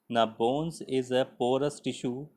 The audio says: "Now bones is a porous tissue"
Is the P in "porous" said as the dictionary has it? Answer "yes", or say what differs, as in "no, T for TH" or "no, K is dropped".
yes